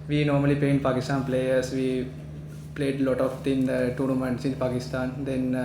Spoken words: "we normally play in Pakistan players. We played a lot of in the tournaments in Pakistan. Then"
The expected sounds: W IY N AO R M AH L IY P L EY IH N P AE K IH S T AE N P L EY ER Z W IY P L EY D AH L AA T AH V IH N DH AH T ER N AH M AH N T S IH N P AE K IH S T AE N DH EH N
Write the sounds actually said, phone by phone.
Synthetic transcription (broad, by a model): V IY N AO R M AH L IY P L EY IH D P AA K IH S T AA N P L EY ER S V IY P L EY D L AA T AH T IH N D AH T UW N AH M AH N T S IH N P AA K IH S T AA N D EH N